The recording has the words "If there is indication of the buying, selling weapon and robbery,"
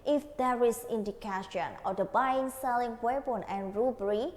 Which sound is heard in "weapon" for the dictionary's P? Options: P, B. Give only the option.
B